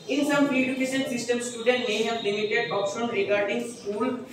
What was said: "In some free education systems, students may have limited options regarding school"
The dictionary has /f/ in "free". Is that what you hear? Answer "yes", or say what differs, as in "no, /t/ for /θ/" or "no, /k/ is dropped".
no, /p/ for /f/